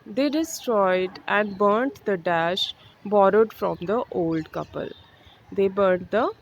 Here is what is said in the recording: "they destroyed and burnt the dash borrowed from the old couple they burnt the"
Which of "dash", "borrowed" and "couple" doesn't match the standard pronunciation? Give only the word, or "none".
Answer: none